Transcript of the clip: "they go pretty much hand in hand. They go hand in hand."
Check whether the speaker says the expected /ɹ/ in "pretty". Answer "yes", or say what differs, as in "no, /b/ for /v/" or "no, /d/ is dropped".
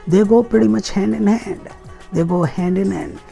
no, /ɹ/ is dropped